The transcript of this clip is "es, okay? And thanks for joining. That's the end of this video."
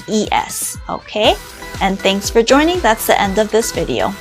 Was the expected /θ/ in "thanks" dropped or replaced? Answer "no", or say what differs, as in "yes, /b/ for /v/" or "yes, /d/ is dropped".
no